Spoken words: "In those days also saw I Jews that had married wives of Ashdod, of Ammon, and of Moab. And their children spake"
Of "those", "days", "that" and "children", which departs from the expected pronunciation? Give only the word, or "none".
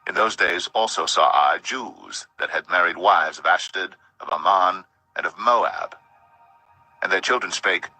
none